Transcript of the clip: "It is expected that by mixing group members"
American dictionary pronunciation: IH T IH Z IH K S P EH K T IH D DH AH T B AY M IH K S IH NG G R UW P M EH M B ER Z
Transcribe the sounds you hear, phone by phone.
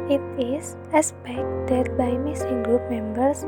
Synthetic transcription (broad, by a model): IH T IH S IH S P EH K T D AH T B AY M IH S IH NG G R UW P M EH M B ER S